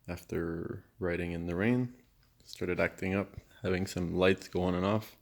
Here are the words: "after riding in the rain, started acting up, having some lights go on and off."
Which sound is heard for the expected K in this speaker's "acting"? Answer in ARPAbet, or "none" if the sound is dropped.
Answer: K